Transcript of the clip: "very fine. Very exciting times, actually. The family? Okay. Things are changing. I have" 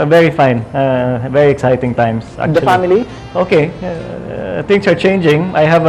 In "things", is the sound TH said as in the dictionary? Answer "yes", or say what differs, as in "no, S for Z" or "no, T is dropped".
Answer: no, T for TH